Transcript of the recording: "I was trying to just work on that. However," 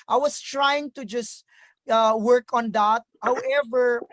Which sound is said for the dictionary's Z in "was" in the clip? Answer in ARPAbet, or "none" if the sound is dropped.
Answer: S